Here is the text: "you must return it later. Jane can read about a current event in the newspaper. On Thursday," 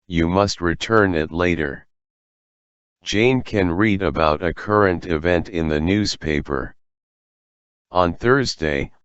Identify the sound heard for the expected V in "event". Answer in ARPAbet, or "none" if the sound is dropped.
V